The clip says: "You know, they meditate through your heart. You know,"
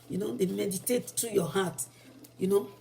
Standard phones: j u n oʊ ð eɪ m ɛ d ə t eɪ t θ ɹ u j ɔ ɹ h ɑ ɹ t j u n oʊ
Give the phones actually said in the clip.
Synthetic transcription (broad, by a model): j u n oʊ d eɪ m ɛ d ə t eɪ t t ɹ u j ɔ h ɑ t j u n oʊ